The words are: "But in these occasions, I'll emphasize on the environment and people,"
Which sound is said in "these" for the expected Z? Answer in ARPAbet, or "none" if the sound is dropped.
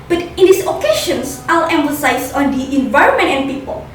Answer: S